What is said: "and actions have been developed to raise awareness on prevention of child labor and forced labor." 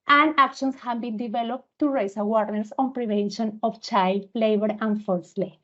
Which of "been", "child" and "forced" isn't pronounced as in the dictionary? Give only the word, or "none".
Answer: forced